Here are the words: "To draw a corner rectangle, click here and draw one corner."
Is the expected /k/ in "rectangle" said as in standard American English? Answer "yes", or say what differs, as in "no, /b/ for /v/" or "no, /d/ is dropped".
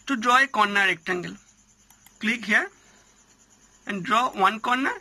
yes